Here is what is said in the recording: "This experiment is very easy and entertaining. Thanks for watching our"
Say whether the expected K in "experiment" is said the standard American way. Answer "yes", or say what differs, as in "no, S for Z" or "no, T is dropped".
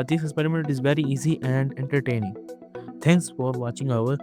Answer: no, K is dropped